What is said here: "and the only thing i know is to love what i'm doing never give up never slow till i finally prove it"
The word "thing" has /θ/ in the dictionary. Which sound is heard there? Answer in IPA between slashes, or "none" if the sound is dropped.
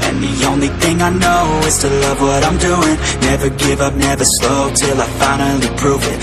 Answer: /θ/